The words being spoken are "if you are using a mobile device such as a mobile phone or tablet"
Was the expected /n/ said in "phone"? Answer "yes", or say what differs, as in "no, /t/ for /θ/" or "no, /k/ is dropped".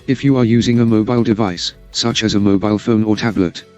yes